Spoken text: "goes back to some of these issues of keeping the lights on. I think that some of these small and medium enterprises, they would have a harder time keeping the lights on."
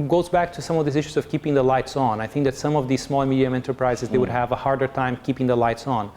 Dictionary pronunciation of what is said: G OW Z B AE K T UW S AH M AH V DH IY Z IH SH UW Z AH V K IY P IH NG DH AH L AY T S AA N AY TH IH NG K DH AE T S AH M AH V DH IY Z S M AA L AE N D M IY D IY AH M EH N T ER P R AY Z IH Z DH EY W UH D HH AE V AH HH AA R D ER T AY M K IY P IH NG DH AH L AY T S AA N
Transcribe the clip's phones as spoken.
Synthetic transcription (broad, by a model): G OW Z B AE K T UW S AH M AH V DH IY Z IH SH UW Z AH V K IY P IH NG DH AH L AY T S N AY TH IH NG K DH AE T S AH M AH V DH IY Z S M AA L M IY D IY AH M EH N T ER P R AY Z IH Z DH EY W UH D HH AE V AH HH AA R D ER T AY M K IY P IH NG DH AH L AY T S N